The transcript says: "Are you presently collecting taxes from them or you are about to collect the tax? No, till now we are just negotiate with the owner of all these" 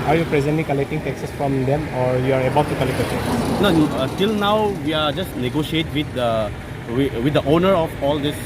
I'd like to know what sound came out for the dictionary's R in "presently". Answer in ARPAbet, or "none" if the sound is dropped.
R